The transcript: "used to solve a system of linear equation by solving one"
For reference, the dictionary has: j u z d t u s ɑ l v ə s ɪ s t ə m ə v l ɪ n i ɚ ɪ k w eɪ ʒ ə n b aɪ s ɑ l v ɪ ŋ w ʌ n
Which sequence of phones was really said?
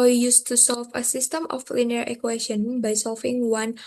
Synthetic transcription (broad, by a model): j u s t u s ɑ l f ə s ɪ s t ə m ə f l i n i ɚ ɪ k w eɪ ʃ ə n b aɪ s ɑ l f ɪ ŋ w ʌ n